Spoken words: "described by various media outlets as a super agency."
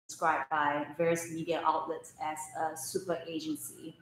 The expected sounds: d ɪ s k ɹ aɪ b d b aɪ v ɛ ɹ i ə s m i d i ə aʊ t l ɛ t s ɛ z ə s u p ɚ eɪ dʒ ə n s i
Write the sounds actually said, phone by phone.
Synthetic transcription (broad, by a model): s k ɹ aɪ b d b aɪ v ɛ ɹ i ə s m i d i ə aʊ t l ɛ t s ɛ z ə s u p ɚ eɪ dʒ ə n s i